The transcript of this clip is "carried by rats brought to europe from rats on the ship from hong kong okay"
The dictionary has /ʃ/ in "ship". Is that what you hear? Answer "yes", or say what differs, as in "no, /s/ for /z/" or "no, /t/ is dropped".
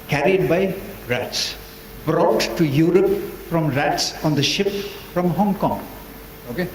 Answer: yes